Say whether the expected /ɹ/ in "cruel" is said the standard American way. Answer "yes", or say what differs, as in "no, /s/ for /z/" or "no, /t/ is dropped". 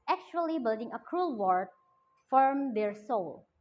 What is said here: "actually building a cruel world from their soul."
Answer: yes